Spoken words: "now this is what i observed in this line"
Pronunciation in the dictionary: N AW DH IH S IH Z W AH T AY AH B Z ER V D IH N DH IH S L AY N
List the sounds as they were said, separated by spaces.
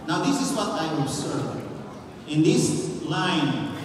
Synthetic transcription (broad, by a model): N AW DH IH S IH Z W AH T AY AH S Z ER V IH N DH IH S L AY N